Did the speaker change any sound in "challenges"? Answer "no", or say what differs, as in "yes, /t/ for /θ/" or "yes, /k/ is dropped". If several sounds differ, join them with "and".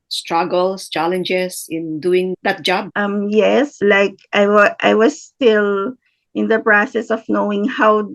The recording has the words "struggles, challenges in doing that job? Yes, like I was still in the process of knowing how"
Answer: yes, /s/ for /z/